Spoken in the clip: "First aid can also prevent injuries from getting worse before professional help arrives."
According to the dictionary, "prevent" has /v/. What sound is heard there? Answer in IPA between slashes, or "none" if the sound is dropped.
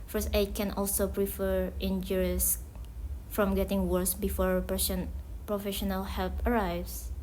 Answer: /f/